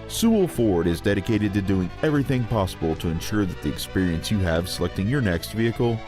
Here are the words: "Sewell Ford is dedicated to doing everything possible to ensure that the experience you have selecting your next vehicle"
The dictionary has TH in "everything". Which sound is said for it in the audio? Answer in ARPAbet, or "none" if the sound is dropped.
TH